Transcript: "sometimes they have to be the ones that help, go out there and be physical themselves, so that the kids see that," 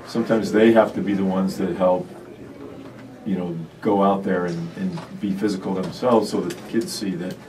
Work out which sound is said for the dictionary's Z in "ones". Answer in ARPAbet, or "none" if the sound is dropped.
Z